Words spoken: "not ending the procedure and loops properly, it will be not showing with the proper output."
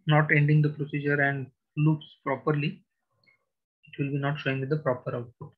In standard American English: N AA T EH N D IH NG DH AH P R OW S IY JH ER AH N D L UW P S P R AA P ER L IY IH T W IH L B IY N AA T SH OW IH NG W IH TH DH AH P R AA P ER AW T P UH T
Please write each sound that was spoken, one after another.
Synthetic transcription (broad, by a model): N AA T EH N D IH NG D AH P R OW S IY JH ER AH N D L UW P S P R AA P ER L IY IH T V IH L B IY N AA T SH OW IH NG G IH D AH P R AA P ER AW T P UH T